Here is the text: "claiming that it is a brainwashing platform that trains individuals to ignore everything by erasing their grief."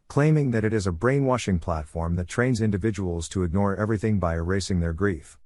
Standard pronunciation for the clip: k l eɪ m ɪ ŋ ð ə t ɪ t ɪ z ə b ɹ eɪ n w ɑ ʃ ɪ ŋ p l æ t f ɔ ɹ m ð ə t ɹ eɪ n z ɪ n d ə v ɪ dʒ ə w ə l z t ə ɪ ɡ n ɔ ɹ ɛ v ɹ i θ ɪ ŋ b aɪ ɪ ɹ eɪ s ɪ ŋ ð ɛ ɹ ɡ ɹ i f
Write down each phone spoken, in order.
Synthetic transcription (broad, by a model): k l eɪ m ɪ ŋ ð ə t ɪ t ɪ z ə b ɹ eɪ n w ɑ ʃ ɪ ŋ p l æ t f ɔ ɹ m ð ə t ɹ eɪ n z ɪ n d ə v ɪ dʒ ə w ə l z t ə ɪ ɡ n ɔ ɹ ɛ v ɹ i θ ɪ ŋ b aɪ ɪ ɹ eɪ s ɪ ŋ ð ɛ ɹ ɡ ɹ i f